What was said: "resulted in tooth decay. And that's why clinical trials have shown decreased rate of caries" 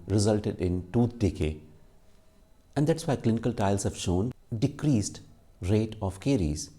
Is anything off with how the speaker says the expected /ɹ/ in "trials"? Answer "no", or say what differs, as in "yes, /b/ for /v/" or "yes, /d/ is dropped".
yes, /ɹ/ is dropped